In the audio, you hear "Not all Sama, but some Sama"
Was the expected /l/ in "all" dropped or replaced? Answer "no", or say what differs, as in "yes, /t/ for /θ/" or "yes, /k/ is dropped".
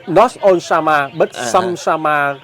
yes, /n/ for /l/